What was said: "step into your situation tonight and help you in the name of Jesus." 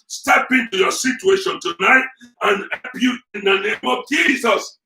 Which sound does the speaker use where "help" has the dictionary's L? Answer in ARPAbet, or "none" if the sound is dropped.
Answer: none